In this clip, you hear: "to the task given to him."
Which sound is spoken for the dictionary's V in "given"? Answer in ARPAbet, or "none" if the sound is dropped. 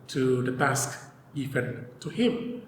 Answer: F